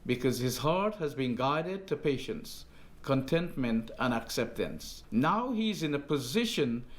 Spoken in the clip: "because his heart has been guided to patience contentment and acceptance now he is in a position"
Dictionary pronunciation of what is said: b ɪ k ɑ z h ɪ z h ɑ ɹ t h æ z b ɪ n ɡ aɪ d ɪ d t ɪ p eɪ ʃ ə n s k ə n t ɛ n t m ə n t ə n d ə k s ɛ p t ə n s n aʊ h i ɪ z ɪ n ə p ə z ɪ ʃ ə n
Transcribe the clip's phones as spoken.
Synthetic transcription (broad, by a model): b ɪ k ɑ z h ɪ z h ɑ ɹ t h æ z b ɪ n ɡ aɪ d ɪ d t ɪ p eɪ ʃ ə n s k ə n t ɛ n t m ə n t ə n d ə k s ɛ p t ə n s n aʊ h i ɪ z ɪ n ə p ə z ɪ ʃ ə n